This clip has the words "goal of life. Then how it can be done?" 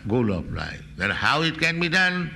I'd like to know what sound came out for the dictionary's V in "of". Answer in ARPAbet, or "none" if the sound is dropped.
P